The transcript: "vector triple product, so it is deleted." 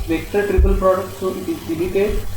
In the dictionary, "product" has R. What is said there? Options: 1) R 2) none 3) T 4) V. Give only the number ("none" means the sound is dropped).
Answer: 1